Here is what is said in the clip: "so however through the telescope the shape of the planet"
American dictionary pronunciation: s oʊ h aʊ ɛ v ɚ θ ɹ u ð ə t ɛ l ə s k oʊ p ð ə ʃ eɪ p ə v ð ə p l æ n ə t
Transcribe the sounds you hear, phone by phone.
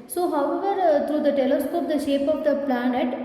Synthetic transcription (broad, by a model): s oʊ h aʊ ɛ v ɚ t ɹ u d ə t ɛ l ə s k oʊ p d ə ʃ eɪ p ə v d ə p l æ n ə t